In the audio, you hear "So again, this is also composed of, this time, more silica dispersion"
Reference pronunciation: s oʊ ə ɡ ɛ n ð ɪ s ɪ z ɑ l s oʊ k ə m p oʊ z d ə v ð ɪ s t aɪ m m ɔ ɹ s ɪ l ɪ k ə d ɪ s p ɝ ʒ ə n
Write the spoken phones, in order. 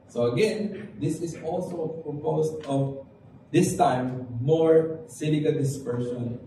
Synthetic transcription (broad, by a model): s oʊ ə ɡ ɛ n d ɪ s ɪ s ɑ l s oʊ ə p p oʊ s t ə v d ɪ s t aɪ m m ɔ ɹ s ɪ n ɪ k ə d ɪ s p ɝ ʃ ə n